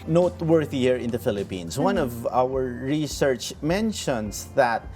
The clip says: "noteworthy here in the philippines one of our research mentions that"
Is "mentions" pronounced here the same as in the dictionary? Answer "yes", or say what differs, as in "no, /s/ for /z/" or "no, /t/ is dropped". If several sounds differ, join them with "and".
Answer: no, /s/ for /z/